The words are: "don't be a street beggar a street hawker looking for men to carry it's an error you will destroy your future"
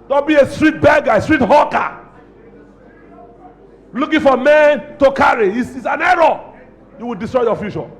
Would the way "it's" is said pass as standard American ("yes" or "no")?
no